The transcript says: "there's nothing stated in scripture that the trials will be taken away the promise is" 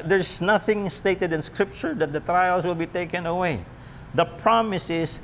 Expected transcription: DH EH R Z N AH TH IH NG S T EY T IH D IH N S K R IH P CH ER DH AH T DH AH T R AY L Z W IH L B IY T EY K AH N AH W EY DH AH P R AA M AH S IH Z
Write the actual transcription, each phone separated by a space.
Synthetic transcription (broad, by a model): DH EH R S N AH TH IH NG S T EY T IH D IH N S K R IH P CH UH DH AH T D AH T R AY L S W IH L B IY T EY K AH N AH W EY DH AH P R AA M AH S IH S